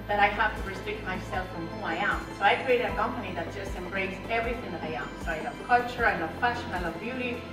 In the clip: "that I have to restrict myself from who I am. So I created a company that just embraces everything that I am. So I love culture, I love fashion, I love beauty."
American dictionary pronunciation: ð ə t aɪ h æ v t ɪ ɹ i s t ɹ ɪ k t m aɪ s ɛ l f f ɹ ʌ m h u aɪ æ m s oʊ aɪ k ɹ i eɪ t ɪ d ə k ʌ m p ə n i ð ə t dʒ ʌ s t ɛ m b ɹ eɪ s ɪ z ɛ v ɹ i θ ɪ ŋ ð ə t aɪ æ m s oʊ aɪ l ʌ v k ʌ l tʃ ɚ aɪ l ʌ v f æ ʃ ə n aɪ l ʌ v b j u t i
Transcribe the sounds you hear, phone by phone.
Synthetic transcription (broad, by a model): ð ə t aɪ h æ f t ɪ ɹ i s t ɹ ɪ k t m aɪ s ɛ l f f ɹ ʌ m h u aɪ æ m s oʊ aɪ k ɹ i eɪ ɪ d ə k ʌ m p ə n i ð ə t dʒ ʌ s t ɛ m b ɹ eɪ ɪ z ɛ v ɹ i θ ɪ ŋ ð ə t aɪ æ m s oʊ aɪ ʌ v k ʌ l tʃ ɚ aɪ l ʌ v f æ ʃ ə n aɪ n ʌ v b j u t i